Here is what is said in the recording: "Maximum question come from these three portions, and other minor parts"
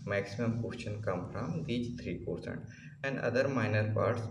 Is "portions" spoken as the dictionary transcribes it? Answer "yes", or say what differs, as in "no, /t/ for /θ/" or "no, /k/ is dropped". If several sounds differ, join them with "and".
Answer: no, /s/ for /ʃ/